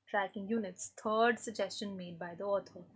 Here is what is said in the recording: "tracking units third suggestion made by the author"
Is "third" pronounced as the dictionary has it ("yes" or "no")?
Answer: no